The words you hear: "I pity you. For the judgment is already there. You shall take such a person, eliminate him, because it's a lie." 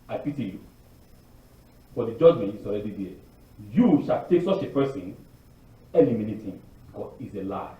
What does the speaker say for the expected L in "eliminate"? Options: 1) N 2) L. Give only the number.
1